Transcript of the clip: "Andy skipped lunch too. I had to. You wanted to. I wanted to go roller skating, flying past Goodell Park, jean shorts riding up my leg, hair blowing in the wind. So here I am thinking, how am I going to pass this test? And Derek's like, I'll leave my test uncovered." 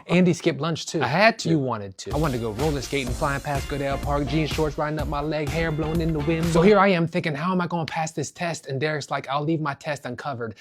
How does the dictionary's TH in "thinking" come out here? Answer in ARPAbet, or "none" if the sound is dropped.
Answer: TH